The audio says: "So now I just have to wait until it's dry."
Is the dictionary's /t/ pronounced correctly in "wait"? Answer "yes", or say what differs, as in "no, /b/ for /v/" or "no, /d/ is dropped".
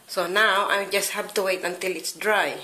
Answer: yes